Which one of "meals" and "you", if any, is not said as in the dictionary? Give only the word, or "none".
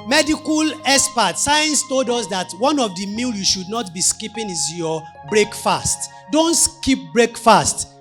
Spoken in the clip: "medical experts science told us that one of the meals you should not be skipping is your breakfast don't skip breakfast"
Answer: meals